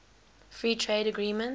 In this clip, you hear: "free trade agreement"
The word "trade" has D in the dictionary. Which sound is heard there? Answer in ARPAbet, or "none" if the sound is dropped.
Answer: D